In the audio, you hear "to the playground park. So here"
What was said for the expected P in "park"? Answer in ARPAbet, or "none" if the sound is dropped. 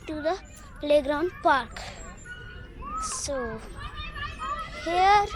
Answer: P